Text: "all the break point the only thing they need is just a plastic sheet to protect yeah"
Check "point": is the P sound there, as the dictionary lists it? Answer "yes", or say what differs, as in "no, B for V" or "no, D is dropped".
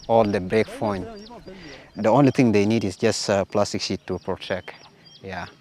no, F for P